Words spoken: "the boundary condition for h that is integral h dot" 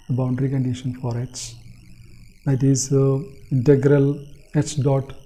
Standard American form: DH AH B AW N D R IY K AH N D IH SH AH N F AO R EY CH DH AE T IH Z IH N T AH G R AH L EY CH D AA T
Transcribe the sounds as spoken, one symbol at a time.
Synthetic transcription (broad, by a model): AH B AW N D R IY K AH N D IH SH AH N F AO R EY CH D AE T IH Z IH N T AH G R AH L EY CH D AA T